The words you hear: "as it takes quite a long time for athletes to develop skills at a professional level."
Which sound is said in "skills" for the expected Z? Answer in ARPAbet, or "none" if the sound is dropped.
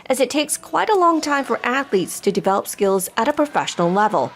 Z